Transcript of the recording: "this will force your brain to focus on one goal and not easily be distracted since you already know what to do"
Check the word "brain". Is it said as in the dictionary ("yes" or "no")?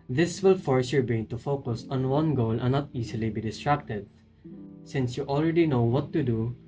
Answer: no